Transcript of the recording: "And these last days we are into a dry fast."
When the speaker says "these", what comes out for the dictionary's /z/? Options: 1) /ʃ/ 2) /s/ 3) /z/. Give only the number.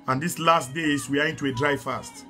2